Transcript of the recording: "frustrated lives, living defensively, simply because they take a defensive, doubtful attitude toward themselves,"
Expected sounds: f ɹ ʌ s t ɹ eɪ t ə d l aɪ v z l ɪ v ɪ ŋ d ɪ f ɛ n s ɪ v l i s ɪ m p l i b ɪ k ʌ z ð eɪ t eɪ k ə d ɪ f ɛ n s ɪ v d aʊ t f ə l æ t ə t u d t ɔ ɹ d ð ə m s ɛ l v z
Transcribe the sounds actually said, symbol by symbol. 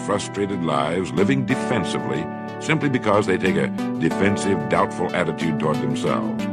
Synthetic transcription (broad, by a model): f ɹ ʌ s t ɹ eɪ t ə d l aɪ v z l ɪ v ɪ ŋ d ɪ f ɛ n s ɪ v l i s ɪ m p l i b ɪ k ʌ z ð eɪ t eɪ k ə d ɪ f ɛ n s ɪ v d aʊ t f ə l æ t ə t u d t ɔ ɹ d ð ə m s ɛ l v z